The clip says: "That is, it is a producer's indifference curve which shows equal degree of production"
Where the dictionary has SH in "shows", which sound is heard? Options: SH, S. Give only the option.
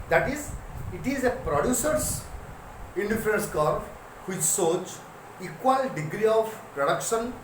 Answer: S